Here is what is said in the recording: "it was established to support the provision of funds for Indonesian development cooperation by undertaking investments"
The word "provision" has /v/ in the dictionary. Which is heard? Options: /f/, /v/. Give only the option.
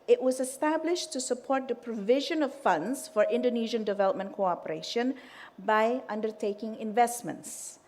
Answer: /v/